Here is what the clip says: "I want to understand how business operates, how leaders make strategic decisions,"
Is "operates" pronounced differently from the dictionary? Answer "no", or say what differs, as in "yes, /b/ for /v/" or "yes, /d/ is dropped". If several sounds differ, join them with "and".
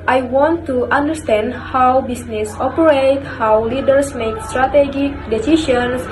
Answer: yes, /s/ is dropped